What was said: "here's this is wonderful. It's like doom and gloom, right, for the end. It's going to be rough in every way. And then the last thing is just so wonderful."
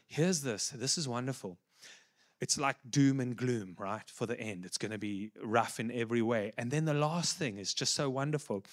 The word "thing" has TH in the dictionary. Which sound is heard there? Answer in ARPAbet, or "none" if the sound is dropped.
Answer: TH